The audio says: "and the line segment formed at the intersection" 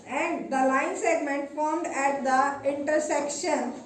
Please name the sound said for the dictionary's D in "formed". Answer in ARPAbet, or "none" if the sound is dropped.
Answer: D